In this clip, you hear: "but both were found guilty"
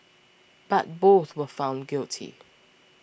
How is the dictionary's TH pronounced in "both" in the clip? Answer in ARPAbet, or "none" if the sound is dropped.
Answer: TH